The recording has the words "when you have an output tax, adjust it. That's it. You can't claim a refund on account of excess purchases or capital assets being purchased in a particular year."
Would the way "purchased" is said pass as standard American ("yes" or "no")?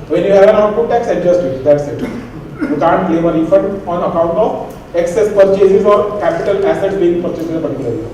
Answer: no